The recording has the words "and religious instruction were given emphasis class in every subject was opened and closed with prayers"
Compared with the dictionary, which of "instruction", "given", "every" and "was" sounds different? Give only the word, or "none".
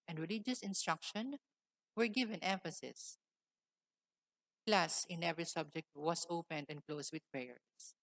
was